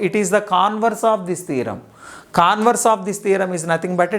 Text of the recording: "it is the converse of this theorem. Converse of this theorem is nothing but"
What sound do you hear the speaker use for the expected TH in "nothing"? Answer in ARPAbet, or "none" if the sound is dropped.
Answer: T